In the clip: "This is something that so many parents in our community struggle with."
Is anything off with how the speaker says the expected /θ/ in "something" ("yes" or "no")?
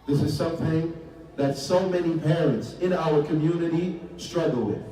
no